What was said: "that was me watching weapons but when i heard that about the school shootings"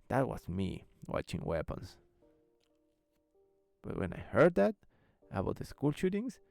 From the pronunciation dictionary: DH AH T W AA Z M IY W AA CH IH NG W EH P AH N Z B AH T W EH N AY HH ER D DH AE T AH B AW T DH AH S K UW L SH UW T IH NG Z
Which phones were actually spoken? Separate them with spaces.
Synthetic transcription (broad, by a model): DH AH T W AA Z M IY W AA CH IH NG W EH P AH N S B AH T W EH N AY HH ER D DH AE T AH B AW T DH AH S K UW L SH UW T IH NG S